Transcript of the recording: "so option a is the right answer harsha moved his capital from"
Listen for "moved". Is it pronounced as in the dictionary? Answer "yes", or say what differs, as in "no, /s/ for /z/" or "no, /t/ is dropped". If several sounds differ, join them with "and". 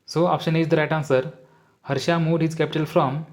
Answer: no, /v/ is dropped